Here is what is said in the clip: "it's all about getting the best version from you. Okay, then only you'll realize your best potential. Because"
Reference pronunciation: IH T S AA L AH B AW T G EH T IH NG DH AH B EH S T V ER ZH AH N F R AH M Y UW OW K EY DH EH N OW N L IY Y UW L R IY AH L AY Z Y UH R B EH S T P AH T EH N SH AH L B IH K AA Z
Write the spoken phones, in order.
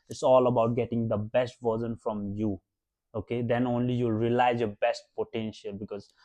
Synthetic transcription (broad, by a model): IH T S AA L AH B AW T G EH T IH NG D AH B EH S T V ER Z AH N F R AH M Y UW OW K EY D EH N OW N L IY Y UW L R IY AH L AY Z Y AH B EH S T P AH T EH N SH AH L B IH K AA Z